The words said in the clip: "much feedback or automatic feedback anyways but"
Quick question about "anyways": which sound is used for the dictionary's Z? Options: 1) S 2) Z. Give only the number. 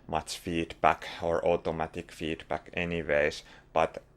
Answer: 1